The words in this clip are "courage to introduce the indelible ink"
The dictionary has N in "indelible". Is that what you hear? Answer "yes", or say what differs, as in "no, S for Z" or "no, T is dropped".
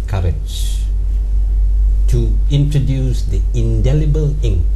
yes